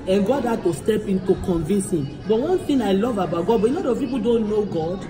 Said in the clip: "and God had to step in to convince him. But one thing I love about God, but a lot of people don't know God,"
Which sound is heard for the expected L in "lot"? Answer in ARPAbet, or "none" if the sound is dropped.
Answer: N